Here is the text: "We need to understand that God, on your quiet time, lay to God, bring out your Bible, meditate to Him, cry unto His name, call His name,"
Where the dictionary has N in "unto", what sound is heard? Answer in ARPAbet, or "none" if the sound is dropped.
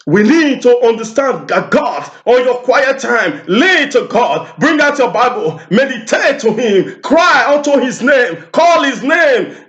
N